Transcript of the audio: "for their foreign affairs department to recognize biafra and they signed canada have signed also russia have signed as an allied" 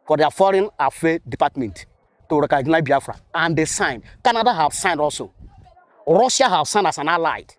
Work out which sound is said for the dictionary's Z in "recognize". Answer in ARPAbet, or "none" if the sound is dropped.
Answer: none